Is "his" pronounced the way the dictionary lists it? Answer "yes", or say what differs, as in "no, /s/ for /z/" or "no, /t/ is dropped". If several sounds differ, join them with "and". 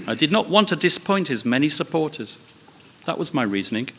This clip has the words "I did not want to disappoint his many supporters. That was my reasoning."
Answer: yes